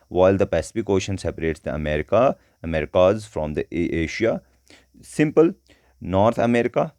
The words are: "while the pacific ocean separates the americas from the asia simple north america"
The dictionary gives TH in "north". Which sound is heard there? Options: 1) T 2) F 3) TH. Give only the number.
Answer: 1